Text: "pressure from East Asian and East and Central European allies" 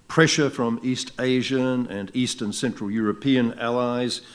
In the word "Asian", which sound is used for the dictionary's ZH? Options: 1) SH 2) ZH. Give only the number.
2